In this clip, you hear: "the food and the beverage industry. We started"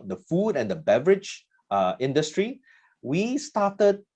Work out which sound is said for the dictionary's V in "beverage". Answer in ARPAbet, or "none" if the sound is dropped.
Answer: V